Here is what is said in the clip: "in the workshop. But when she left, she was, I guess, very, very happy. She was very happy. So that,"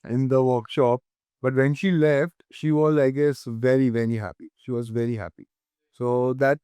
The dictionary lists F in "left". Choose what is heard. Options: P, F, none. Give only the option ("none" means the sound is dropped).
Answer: F